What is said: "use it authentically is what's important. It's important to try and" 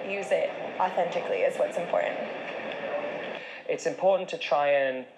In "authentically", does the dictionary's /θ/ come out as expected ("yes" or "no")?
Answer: yes